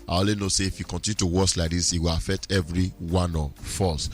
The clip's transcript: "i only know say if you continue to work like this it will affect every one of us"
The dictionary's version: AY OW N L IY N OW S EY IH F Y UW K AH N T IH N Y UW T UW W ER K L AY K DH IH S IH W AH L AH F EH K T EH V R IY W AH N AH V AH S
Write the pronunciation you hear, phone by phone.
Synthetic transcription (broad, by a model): AY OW L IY N OW S EY IH F Y UW K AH N T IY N Y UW T UW W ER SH L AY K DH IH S IH W AH L AH F EH K T EH V R IY W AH N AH F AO S